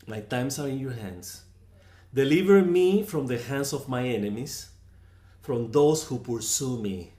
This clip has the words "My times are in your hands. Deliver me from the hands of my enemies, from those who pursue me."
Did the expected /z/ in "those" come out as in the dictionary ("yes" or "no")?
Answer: no